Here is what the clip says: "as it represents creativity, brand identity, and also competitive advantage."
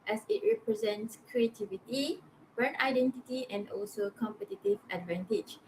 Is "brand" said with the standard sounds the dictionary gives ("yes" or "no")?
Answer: no